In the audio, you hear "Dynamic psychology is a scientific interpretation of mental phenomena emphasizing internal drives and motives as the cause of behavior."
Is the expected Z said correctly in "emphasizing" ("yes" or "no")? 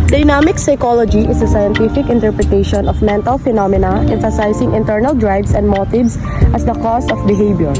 no